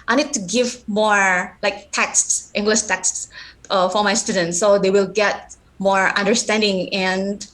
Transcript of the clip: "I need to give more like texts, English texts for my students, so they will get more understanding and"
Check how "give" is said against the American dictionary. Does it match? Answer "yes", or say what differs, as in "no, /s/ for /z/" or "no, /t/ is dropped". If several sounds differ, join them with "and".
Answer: yes